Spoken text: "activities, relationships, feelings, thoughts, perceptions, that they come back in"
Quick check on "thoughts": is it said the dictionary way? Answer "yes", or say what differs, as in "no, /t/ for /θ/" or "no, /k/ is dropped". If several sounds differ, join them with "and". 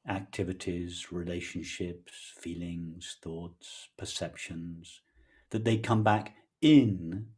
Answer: yes